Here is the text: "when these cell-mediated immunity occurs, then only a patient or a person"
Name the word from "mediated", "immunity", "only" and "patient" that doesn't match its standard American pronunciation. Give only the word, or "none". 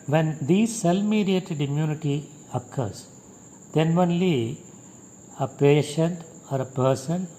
none